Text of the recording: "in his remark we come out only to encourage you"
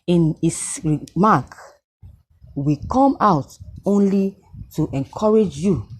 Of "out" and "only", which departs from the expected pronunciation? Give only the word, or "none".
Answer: none